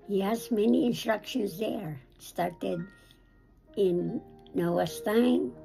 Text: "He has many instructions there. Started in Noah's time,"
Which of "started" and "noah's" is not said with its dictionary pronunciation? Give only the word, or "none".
noah's